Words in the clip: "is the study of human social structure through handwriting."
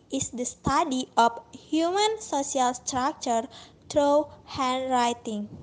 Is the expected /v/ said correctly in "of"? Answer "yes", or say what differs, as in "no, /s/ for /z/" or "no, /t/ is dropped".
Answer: no, /p/ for /v/